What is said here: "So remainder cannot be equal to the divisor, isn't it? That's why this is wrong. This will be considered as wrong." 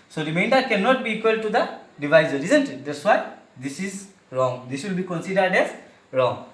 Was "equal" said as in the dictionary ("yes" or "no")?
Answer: yes